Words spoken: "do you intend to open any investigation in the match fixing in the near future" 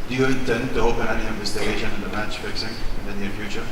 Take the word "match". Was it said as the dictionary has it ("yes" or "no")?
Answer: yes